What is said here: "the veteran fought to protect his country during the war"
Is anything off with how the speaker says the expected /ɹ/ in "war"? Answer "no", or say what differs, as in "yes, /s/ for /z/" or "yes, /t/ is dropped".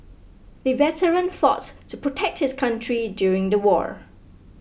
no